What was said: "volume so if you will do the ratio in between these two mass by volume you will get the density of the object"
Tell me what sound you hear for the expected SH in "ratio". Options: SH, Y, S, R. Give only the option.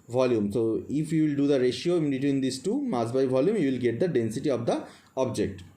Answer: SH